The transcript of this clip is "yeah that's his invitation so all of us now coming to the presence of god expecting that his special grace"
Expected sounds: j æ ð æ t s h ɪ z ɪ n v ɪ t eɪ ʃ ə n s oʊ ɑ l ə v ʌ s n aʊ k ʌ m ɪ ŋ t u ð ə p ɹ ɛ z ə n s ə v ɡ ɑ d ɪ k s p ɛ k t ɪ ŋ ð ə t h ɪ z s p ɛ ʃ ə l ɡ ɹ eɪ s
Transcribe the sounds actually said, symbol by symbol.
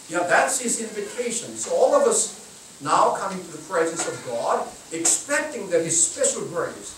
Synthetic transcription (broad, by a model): j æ ð æ t s h ɪ z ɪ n v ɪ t eɪ ʃ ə n s oʊ ɑ l ə v ʌ s n aʊ k ʌ m ɪ ŋ t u ð ə p ɹ ɛ z ə n s ə v ɡ ɑ d ɪ k s p ɛ k t ɪ ŋ ð ə t h ɪ z s p ɛ ʃ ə l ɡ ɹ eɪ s